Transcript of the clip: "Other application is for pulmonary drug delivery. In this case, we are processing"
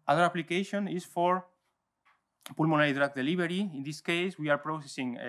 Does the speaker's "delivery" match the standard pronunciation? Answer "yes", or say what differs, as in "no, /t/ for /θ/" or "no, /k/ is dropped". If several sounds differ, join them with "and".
no, /b/ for /v/